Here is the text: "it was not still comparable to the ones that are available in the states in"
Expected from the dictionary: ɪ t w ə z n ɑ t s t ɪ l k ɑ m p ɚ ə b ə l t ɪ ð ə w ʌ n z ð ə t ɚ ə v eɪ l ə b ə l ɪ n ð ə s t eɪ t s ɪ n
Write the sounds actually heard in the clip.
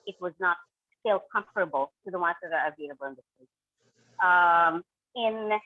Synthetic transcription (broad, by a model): ɪ t w ə z n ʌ t s t ɪ l k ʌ m f ɚ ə b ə l t ɪ ð ə w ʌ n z ð ə t ɚ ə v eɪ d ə b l ɪ n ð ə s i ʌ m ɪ n